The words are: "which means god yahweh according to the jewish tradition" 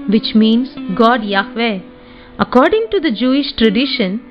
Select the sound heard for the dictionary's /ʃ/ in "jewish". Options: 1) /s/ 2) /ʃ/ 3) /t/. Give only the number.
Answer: 2